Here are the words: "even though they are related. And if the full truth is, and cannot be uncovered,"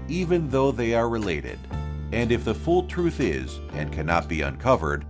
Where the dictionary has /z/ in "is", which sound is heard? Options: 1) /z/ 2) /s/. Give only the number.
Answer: 1